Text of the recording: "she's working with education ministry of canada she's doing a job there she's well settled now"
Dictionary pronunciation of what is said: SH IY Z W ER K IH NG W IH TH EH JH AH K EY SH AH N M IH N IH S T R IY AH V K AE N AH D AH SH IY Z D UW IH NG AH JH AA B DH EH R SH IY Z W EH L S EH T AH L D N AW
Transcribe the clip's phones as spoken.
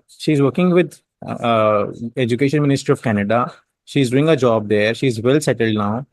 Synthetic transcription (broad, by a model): SH IY Z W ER K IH NG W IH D EH JH AH K EY SH AH N M IH N IH S T R IY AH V K AE N AH D AH SH IY Z D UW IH NG AH JH AA B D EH R SH IY Z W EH L S EH T AH L D N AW